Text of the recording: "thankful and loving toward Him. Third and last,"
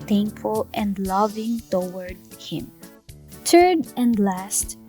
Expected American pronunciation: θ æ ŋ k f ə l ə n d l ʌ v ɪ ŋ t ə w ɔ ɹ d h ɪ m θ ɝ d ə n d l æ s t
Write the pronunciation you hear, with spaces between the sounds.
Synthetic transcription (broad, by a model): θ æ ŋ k f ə l ə n d l ʌ v ɪ ŋ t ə w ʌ ɹ d h ɪ m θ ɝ d ə n d l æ s t